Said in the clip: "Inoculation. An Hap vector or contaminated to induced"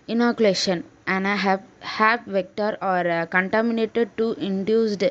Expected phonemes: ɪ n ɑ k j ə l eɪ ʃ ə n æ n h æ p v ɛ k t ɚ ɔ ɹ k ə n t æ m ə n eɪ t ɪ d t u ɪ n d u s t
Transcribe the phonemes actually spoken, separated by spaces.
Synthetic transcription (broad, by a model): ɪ n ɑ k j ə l eɪ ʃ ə n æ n h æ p v ɛ k t ɚ ɔ ɹ k ə n t æ m ə n eɪ t ɪ d t u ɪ n d u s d